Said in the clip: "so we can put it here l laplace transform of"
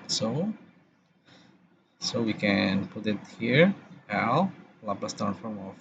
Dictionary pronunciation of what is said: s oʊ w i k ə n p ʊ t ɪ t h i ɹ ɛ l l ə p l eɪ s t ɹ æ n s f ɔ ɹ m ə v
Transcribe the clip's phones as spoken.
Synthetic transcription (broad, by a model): s oʊ w i k ə n p ʊ t ɪ t h i ɹ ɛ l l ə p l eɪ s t æ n f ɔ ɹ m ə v